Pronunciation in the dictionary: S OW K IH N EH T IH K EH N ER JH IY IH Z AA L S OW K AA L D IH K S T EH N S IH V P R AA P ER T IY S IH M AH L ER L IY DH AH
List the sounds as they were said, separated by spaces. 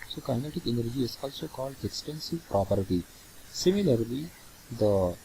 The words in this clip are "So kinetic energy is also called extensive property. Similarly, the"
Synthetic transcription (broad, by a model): S OW K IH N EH T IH K EH N ER JH IY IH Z AA L S OW K AA L D IH K S T EH N S IH V P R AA P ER T IY S IH M AH L ER L IY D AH